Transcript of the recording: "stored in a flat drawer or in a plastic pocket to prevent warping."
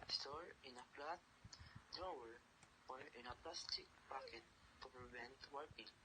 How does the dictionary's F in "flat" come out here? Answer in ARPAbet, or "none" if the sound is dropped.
P